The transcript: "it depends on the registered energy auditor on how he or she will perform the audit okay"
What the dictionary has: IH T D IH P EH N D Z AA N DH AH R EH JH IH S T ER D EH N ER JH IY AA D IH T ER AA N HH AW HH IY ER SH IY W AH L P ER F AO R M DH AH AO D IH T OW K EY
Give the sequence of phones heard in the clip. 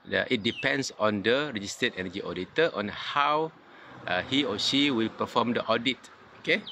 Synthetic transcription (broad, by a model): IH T D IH P EH N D S AA N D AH R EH JH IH S T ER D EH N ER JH IY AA D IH T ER AA N HH AW HH IY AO SH IY W AH L P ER F AO M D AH AO D IH T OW K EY